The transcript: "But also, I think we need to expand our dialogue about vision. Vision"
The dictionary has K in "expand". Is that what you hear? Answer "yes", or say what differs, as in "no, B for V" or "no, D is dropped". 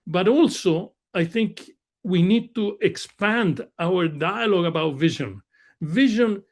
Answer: yes